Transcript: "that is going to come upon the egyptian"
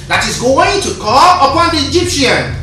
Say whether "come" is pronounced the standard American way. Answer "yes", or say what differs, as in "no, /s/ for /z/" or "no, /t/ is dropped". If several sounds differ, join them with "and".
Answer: no, /m/ is dropped